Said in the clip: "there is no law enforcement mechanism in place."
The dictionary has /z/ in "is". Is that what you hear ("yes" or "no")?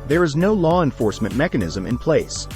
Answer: yes